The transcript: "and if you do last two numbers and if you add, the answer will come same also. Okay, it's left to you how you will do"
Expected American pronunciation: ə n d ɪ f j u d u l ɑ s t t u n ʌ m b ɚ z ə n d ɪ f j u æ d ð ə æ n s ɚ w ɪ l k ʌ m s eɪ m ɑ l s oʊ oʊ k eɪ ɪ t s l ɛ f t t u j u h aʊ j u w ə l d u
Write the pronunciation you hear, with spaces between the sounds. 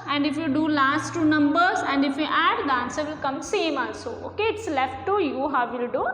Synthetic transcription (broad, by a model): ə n d ɪ f j u d u l ɑ s t t u n ʌ m b ɚ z ə n d ɪ f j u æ d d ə n s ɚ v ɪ l k ʌ m s eɪ m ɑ n s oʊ oʊ k eɪ ɪ t s l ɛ f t t u j u h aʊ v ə l d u